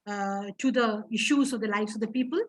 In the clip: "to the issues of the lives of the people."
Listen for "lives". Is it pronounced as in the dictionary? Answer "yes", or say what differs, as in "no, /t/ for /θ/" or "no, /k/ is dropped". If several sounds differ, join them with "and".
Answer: no, /s/ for /z/